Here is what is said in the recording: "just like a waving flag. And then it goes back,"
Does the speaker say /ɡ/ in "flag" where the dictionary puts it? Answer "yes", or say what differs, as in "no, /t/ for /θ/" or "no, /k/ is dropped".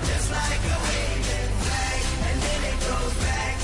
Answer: no, /ɡ/ is dropped